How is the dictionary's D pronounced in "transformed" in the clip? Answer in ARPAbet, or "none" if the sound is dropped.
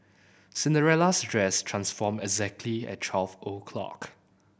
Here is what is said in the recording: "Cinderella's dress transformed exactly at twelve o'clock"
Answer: none